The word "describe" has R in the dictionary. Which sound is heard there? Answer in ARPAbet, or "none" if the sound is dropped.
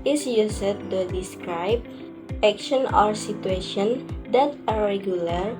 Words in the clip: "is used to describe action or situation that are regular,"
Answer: R